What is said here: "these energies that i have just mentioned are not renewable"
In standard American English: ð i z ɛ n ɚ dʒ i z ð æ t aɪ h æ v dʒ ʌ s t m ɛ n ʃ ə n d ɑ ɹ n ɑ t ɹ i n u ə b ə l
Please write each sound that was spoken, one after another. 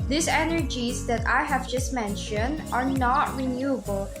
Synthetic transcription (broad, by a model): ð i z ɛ n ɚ dʒ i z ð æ t aɪ h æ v dʒ ʌ s t m ɛ n ʃ ə n d ɑ ɹ n ɑ t ɹ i n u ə b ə l